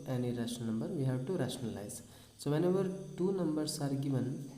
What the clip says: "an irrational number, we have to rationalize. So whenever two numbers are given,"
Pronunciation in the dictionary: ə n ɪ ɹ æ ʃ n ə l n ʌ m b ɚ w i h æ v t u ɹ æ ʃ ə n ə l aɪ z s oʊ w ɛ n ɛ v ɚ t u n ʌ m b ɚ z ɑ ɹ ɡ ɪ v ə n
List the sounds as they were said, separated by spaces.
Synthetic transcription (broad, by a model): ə n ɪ ɹ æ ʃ ə n ʌ m b ɚ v i h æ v t u ɹ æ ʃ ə n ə l aɪ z s oʊ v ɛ n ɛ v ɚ t u n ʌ m b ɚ s ɑ ɹ ɡ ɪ v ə n